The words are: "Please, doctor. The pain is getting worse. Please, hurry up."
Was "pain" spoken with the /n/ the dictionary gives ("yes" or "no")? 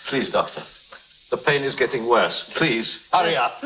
yes